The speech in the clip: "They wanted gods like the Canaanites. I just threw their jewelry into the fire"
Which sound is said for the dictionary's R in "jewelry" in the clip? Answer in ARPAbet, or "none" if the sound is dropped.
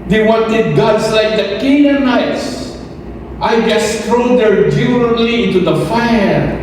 none